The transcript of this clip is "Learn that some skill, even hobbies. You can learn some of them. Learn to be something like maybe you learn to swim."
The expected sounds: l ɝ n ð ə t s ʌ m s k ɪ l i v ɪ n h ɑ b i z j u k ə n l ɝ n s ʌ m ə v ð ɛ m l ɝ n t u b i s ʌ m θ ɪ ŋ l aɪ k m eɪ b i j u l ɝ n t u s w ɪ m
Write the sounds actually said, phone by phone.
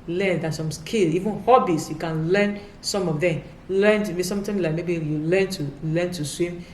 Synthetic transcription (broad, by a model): l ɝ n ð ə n s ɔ m s k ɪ l i v ɪ n h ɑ b i s j u k ə n l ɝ n s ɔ m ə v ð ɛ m l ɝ n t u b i s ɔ m t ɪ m l aɪ k m eɪ b i j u l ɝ n t u s w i m